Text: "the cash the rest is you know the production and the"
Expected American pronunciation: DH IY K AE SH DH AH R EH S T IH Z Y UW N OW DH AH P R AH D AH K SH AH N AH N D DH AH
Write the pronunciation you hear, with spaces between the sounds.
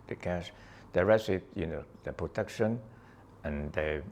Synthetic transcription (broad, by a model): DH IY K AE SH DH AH R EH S IH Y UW N OW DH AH P R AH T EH K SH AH N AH N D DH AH